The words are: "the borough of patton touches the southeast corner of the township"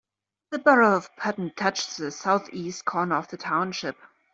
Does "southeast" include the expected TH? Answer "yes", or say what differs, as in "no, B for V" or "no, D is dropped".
yes